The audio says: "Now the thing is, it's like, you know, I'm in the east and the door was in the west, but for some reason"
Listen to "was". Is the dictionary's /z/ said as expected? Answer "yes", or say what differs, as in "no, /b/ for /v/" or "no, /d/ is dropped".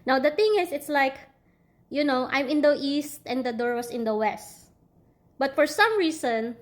no, /s/ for /z/